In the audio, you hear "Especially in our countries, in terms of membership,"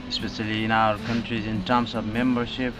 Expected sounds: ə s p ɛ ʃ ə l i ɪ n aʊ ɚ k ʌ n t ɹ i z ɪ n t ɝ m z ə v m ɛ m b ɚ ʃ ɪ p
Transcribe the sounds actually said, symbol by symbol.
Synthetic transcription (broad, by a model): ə s p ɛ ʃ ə l i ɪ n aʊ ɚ k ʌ n t ɹ i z ɪ n t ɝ m s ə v m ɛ m b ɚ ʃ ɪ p